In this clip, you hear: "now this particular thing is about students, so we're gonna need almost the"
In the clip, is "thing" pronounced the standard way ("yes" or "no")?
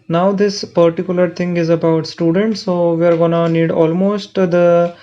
no